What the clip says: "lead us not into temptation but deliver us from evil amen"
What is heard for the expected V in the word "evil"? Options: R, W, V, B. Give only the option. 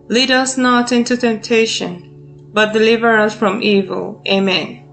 V